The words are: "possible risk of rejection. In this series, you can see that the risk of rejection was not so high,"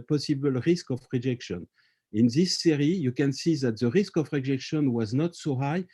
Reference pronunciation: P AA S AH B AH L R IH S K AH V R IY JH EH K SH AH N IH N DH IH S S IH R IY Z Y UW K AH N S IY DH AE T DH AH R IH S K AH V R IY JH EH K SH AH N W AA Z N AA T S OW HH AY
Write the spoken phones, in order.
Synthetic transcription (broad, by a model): P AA S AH B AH L R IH S K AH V R IY JH EH K SH AH N IH N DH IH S S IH R IY Y UW K AH N S IY DH AE T DH AH R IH S K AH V R IY JH EH K SH AH N W AA Z N AA T S OW HH AY